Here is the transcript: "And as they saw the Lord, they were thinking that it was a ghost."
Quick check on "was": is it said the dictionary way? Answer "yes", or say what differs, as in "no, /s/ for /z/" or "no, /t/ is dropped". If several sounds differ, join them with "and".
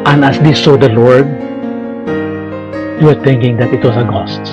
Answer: no, /s/ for /z/